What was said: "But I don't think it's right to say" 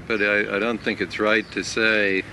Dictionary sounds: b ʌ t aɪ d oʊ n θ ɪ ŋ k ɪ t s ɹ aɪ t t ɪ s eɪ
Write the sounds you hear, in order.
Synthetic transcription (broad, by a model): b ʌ t aɪ d oʊ n θ ɪ ŋ k ɪ t s ɹ aɪ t t ɪ s eɪ